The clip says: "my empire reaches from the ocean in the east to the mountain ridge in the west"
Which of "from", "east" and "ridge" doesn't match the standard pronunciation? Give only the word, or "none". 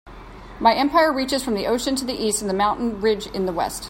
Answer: none